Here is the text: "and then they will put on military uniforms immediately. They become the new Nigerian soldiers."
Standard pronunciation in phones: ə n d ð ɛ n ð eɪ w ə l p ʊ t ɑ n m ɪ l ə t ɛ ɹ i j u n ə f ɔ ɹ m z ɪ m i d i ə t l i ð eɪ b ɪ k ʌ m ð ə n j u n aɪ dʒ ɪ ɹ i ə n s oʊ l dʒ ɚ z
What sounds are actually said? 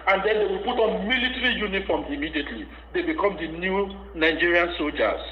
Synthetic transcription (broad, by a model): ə n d ɛ n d eɪ w ə l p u t ɑ n m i l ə t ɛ ɹ i j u n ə f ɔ m ɪ m i d i ə t l i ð eɪ b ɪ k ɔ m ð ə n j u n aɪ dʒ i ɹ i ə n s oʊ l dʒ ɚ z